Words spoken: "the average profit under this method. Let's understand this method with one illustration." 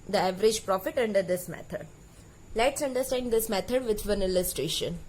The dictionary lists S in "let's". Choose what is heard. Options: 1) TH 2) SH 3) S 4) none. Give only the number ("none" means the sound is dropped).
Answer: 3